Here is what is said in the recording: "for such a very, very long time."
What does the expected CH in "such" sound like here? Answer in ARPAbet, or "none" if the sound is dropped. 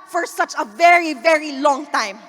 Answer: CH